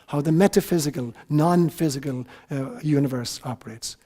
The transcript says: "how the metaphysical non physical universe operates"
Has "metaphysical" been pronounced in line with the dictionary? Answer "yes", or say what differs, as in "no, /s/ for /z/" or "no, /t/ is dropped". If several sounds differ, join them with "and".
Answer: yes